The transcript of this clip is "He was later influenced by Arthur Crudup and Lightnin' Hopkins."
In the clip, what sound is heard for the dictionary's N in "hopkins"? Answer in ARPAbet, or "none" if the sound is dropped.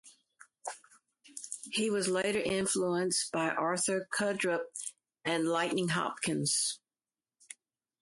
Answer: N